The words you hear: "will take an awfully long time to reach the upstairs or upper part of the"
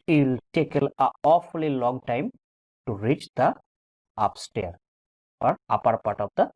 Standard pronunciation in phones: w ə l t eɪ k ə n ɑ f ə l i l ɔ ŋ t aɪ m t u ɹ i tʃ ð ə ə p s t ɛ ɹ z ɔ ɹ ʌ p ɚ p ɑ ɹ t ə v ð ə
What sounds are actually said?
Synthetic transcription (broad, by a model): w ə l t eɪ k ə l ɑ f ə l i l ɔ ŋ t aɪ m t u ɹ i tʃ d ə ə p s t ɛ ɹ ɔ ɹ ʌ p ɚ p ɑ t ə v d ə